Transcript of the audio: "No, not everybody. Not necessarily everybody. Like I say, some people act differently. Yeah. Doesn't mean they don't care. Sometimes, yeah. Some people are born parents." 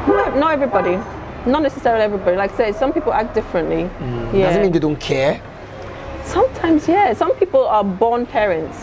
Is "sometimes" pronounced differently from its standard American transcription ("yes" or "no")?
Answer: no